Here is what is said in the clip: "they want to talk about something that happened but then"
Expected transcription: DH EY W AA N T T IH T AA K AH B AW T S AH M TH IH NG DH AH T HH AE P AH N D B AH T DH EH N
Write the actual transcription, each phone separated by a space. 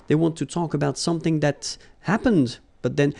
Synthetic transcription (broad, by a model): DH EY W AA N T T IH T AA K AH B AW T S AH M TH IH NG DH AH T HH AE P AH N D B AH T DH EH N